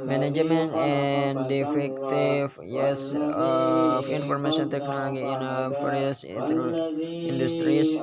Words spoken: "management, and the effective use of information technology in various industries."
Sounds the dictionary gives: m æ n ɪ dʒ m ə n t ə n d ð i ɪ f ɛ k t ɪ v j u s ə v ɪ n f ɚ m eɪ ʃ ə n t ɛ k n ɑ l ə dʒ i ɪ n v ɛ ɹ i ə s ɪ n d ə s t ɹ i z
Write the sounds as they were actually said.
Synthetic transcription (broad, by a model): m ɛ n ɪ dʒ m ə n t ə n d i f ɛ k t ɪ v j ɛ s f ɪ n f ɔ m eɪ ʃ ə n t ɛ k n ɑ l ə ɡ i ɪ n f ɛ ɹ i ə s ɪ n d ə s t ɹ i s